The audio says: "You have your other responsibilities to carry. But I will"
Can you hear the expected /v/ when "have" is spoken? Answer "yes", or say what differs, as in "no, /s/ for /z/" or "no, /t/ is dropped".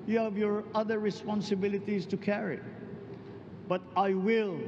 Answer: yes